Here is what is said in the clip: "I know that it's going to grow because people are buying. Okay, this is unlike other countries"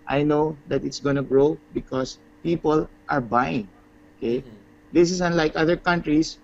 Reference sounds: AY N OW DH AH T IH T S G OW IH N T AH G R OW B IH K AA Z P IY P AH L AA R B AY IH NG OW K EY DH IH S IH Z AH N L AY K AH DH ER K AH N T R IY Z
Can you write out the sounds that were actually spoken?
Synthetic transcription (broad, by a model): AY N OW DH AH T IH T S G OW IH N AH G R OW B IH K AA S P IY P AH L AA R B AY IH NG OW K EY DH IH S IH S AH N L AY K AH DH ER K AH N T R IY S